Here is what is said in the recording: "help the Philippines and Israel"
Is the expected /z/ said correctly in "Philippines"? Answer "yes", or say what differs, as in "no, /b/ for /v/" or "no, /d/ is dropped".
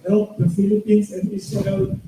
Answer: no, /s/ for /z/